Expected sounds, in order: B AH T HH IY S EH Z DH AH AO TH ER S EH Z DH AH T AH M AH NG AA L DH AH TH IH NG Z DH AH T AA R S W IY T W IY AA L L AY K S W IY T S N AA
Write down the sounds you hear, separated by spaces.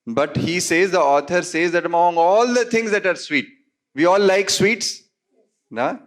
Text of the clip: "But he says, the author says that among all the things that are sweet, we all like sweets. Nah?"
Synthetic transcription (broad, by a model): B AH T HH IY S EH Z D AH AO T ER S EH Z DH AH T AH M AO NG AA L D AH T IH NG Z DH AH T AA R S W IY T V IY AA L L AY K S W IY T S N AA